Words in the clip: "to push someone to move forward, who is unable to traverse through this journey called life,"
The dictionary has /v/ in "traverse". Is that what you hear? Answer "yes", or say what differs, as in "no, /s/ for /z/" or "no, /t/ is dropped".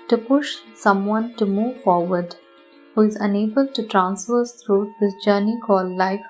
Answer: no, /f/ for /v/